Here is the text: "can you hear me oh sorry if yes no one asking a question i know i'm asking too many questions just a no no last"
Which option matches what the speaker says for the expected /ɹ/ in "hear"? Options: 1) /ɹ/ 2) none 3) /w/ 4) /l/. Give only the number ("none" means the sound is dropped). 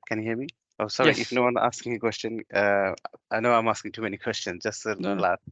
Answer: 4